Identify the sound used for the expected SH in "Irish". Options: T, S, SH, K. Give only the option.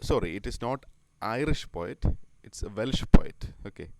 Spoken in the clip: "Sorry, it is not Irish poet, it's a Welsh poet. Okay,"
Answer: SH